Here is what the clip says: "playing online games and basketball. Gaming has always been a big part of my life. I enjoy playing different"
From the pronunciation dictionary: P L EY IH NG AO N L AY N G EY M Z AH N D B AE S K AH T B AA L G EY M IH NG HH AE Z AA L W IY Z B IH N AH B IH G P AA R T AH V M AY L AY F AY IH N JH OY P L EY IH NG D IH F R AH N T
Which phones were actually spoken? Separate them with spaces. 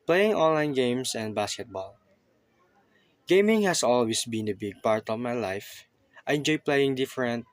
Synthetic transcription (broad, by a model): P L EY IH NG AO N L AY N G EY M S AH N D B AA S K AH T B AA L G EY M IH NG HH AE S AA L W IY S B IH N AH B IH G P AA R T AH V M AY L AY F AY IH N JH OY P L EY IH NG D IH F R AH N T